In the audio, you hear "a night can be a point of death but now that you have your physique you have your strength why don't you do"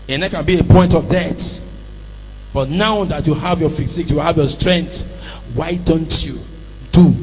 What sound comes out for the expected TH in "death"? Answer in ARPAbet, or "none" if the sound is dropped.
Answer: T